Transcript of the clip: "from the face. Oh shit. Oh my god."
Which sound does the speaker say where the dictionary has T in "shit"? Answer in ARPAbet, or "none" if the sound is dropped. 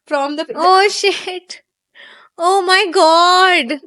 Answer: T